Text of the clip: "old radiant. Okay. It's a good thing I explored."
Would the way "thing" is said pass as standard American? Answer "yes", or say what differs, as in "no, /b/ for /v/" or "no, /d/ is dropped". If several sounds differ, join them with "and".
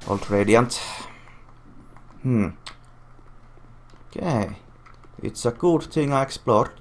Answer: no, /t/ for /θ/